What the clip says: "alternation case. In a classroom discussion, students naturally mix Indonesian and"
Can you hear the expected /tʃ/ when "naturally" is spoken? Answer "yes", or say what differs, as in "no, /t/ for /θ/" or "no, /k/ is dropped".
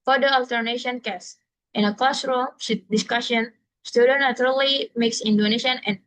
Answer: no, /tʃ/ is dropped